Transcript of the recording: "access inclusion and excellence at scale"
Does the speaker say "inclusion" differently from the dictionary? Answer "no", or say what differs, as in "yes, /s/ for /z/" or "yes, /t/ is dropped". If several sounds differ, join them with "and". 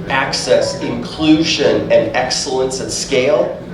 no